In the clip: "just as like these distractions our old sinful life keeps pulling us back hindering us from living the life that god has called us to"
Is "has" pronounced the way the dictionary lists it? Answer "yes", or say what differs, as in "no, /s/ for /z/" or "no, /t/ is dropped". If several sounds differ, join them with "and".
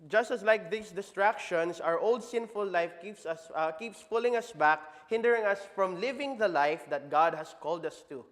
no, /s/ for /z/